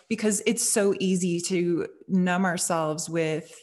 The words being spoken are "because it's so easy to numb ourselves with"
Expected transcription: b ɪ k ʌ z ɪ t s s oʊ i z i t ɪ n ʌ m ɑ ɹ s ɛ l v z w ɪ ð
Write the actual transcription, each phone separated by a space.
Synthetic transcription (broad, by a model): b ɪ k ʌ z ɪ t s s oʊ i z i t ɪ n ʌ m ɑ ɹ s ɛ l v z w ɪ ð